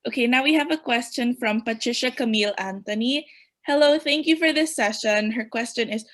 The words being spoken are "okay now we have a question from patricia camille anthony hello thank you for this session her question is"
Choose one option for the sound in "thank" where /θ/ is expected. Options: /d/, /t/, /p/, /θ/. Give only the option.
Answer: /θ/